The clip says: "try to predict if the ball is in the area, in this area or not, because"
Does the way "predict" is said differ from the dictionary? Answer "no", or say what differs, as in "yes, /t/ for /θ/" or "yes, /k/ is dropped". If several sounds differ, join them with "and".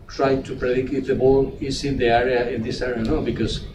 yes, /t/ is dropped